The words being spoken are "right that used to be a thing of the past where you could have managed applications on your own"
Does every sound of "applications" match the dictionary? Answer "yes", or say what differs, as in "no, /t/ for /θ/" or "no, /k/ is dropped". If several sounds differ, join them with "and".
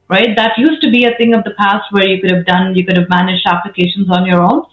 yes